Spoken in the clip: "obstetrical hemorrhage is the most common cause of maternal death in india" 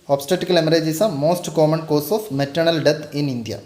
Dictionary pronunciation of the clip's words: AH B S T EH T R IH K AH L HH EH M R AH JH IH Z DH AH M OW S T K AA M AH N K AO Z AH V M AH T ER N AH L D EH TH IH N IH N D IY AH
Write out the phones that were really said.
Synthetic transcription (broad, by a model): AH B S T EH T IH K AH L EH M R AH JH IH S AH M OW S T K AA M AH N K AO S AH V M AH T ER N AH L D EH T IH N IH N D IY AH